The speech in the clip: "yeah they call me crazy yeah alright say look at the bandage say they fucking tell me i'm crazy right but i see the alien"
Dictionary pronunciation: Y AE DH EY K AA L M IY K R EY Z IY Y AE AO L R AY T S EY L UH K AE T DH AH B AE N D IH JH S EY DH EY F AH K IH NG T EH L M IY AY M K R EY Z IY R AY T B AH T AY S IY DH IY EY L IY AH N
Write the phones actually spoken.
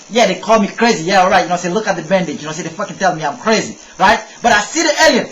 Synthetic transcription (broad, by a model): Y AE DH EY K AA L M IY K R EY Z IY Y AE AO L R AY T S EY L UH K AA T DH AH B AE N D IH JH S EY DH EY F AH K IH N T EH L M IY AY M K R EY Z IY R AY T B AH T AY S IY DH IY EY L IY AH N